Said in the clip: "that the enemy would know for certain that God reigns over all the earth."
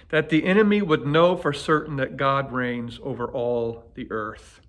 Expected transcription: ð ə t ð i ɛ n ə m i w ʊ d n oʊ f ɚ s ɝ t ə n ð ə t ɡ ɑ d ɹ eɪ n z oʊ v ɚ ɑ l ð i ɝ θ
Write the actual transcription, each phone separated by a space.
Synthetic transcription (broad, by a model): ð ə t ð i ɛ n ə m i w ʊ d n oʊ f ɚ s ɝ t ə n ð ə t ɡ ɑ d ɹ eɪ n z oʊ v ɚ ɑ l ð i ɝ θ